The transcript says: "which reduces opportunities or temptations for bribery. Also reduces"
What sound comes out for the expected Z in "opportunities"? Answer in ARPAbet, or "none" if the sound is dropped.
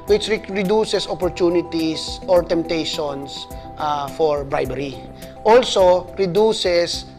S